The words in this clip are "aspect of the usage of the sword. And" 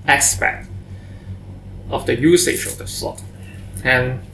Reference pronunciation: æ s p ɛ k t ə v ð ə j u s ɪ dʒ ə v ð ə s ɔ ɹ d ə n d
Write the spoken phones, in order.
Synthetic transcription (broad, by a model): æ s p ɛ k t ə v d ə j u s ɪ ʃ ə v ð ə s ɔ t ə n